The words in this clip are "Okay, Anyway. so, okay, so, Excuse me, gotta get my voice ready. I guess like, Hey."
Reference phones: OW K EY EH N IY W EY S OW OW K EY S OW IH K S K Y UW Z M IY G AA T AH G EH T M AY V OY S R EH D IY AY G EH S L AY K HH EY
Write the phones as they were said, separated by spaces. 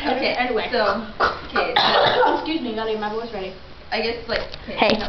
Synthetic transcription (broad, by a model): OW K EY EH N IY W EY S OW OW K EY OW IH K S K Y UW Z M IY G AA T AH M AY B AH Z R EH D IY AY G EH S L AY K HH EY